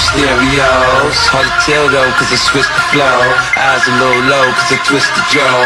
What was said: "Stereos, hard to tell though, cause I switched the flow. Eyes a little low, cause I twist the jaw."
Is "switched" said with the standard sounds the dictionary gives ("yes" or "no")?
no